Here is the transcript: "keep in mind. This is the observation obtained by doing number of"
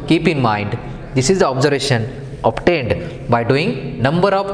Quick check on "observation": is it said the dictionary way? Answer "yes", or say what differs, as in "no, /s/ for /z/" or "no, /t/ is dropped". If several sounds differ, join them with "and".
yes